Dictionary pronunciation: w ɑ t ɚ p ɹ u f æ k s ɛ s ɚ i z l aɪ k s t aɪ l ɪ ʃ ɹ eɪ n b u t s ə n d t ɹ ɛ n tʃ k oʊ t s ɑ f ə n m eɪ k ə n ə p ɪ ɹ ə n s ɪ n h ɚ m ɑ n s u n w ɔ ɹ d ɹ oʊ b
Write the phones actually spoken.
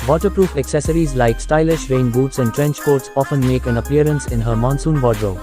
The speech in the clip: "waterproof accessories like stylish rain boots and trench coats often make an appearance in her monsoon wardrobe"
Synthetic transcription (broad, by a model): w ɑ t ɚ p ɹ u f æ k s ɛ s ɚ i z l aɪ k s t aɪ l ɪ ʃ ɹ eɪ n b u t s ə n d t ɹ ɛ n tʃ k oʊ t s ɑ f ə n m eɪ k ə n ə p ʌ ɹ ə n s ɪ n h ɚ m ɑ n s u n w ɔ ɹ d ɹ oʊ